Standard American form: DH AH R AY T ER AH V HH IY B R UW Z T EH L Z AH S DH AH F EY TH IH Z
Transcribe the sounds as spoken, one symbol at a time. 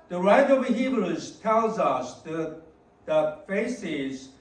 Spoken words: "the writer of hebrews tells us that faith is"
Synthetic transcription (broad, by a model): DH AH R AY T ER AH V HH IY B L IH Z T EH L Z AH S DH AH F EY S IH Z